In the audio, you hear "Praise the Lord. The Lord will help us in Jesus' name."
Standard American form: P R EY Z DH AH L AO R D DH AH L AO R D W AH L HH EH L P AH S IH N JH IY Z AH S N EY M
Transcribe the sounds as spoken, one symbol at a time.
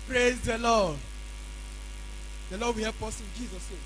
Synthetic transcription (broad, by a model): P R EY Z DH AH L AO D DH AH L AO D W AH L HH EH P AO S IH N JH IY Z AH S N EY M